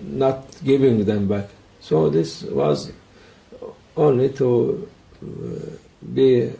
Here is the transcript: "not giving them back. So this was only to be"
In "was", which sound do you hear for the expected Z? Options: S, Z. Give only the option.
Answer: Z